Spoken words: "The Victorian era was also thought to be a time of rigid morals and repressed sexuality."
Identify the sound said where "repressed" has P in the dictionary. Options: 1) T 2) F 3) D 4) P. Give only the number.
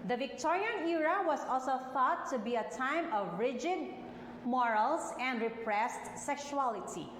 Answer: 4